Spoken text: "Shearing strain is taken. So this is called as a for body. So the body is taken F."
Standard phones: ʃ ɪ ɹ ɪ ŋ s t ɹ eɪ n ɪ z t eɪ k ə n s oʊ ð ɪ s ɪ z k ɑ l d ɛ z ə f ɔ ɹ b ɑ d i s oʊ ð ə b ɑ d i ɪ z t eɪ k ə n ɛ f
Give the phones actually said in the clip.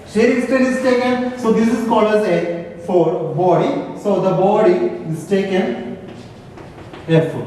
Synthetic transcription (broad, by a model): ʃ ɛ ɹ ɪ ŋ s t eɪ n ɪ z t eɪ k ə n s oʊ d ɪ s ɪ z k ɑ l ʌ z ə f ɔ ɹ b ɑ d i s oʊ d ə b ɑ d i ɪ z t eɪ k ə n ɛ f